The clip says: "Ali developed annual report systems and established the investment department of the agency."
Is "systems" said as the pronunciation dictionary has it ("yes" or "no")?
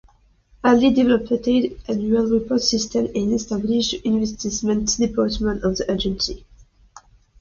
no